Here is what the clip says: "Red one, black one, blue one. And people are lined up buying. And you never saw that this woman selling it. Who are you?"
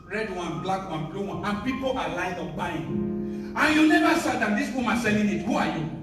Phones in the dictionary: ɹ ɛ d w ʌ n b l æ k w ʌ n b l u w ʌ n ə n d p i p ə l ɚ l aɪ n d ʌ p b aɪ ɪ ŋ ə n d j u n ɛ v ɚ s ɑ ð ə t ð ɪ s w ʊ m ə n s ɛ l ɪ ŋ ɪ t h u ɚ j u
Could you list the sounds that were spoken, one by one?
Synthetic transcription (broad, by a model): ɹ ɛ d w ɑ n b l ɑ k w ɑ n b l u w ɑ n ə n p i p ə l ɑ l aɪ d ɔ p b aɪ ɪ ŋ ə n j u n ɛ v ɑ s ɑ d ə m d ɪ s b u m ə s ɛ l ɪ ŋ ɪ t h u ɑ j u